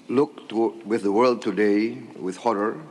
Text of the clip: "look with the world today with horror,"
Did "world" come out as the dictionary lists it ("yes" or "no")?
yes